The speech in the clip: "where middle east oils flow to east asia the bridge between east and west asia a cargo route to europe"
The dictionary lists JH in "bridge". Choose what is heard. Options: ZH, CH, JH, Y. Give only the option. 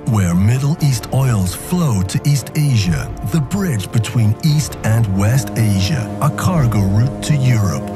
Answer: JH